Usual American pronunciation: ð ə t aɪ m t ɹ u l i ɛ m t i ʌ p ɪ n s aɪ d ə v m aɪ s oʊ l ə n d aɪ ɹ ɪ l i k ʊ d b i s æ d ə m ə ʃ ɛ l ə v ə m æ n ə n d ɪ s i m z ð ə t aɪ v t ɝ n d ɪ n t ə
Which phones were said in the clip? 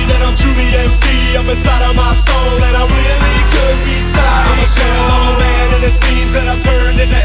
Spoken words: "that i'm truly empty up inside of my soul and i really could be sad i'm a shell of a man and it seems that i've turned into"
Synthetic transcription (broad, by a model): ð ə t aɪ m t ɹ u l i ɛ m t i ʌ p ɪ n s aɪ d ə v m aɪ s oʊ l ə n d aɪ ɹ ɪ l i k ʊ d b i s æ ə ə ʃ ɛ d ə ə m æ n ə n ɪ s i z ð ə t aɪ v t ɝ n d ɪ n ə